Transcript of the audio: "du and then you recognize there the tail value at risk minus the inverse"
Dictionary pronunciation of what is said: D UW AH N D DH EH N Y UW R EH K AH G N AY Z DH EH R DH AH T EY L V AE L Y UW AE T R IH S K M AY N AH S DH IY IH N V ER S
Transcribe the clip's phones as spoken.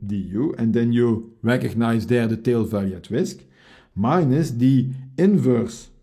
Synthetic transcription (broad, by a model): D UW AH N D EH N Y UW R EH K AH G N AY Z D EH R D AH T EY L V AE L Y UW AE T W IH S K M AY N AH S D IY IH N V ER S